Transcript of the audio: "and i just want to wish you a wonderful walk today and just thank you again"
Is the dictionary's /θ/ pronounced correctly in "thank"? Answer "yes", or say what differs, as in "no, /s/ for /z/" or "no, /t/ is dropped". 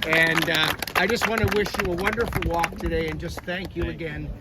yes